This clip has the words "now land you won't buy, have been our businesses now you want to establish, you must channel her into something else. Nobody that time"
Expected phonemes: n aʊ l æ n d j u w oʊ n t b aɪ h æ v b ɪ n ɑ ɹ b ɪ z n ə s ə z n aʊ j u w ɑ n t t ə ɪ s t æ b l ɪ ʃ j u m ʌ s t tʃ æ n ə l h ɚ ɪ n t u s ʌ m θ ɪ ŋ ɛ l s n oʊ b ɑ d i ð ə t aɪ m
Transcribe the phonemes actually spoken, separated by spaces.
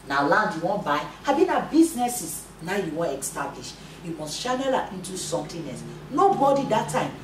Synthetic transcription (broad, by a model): n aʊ l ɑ n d j u w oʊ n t b aɪ h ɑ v b ɪ n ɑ b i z n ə s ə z n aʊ j u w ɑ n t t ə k s t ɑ b l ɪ ʃ j u m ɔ s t ʃ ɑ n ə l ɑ ɪ n t u s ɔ m t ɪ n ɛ s n oʊ b ɑ d i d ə t aɪ m